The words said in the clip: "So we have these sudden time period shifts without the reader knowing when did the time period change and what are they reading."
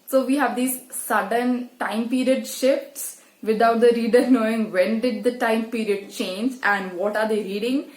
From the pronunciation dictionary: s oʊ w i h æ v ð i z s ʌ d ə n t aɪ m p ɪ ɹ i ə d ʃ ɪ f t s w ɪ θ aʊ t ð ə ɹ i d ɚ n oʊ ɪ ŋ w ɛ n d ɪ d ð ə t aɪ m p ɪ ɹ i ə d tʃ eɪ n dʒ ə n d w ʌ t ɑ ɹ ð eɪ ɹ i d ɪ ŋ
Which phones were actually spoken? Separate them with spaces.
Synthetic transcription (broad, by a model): s oʊ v i h æ v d i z s ʌ d ə n t aɪ m p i ɹ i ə d ʃ ɪ f t s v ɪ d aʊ t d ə ɹ i d ɚ n oʊ ɪ ŋ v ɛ n d ɪ d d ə t aɪ m p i ɹ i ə d tʃ eɪ n dʒ ə n d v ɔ t ɑ ɹ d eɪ ɹ i d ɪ ŋ